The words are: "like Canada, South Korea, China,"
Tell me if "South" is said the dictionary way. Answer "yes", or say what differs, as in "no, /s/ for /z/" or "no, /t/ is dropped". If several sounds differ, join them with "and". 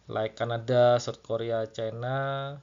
no, /t/ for /θ/